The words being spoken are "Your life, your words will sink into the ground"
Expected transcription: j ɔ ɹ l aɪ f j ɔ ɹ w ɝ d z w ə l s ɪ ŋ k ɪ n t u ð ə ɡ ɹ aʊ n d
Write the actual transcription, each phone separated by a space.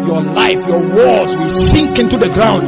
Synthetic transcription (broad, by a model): j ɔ l aɪ f j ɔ w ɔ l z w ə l s ɪ ŋ k ɪ n t u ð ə ɡ ɹ aʊ n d